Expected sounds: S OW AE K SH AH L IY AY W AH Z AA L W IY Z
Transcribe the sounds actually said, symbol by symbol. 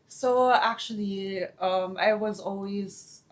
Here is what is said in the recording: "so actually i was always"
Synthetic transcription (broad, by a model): S OW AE K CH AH L IY AY W AH Z AA L W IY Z